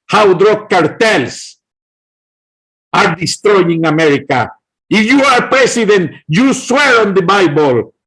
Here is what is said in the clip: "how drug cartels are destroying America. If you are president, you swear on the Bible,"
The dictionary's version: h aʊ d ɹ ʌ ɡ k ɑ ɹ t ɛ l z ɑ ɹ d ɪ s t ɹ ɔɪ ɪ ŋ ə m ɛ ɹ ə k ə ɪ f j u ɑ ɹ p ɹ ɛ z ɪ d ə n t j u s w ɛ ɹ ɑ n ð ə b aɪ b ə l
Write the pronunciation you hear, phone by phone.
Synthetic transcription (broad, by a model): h aʊ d ɹ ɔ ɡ k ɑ ɹ t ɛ l s ɑ ɹ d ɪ s t ɹ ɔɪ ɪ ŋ ə m ɛ ɹ ə k ə ɪ f j u ɑ ɹ p ɹ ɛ s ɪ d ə n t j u s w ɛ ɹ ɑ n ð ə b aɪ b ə l